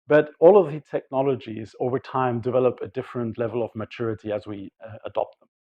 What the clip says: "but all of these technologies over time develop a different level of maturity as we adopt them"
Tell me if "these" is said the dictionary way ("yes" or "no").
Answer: no